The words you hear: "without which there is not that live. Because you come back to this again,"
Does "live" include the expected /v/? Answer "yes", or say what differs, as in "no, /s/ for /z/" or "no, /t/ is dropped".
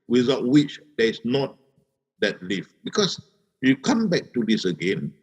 no, /f/ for /v/